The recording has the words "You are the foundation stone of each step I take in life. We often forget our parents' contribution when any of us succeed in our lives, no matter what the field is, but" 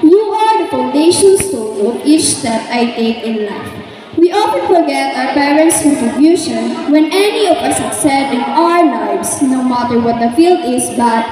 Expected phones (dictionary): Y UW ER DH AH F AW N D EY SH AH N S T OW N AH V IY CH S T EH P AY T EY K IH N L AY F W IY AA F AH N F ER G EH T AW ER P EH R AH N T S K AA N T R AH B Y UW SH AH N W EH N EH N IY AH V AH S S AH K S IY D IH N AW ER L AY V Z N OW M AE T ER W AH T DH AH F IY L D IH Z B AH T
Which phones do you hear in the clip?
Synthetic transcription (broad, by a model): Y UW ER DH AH F AW N D EY SH AH N S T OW L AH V IY CH S T EH P AY T EY K IH N L AY F W IY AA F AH N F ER G EH T AW ER P EH R AH N T S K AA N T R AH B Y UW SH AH N W EH N EH N IY AH V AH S S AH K S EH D IH N AW ER L AY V S N OW M AE T ER W AH T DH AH F IY L D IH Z B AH T